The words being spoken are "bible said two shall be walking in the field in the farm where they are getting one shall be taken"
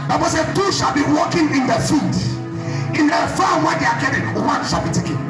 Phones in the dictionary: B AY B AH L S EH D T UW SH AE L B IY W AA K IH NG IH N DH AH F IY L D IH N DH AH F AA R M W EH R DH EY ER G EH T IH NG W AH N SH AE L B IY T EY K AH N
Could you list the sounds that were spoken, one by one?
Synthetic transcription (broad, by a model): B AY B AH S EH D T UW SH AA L B IY W AA K IH NG IH N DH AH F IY D IH N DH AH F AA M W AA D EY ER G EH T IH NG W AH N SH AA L B IY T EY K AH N